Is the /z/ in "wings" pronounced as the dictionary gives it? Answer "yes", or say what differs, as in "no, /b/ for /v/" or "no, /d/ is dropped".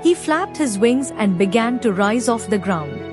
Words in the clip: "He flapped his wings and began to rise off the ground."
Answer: yes